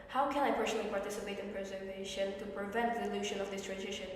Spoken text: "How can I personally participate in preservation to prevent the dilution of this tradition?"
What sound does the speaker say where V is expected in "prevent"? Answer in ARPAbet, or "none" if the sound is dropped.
V